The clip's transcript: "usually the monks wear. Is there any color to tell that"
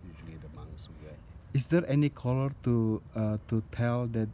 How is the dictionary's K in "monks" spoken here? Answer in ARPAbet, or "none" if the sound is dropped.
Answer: none